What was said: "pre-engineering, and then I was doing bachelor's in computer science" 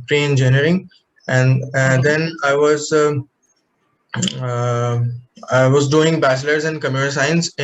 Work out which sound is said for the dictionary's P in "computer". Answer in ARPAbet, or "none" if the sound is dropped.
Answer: none